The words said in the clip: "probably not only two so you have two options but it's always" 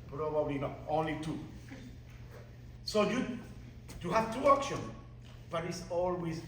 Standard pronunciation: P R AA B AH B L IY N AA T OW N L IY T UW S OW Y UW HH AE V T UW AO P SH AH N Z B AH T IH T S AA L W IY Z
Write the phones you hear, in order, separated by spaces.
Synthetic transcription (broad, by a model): P R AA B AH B L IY N AA T OW N L IY T UW S OW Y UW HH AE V T UW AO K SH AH N B AH T IH T S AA L W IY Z